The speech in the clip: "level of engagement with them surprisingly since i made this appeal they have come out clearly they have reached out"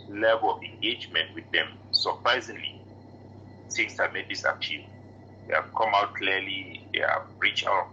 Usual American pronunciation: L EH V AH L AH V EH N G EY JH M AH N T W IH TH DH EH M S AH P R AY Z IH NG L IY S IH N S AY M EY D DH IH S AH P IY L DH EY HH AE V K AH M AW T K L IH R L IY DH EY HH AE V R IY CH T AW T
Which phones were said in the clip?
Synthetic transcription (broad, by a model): L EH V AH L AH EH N G EY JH M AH N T W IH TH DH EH M S AH P R AY Z IH NG L IY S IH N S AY M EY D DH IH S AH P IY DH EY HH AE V K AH M AW T K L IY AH L IY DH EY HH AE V R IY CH AW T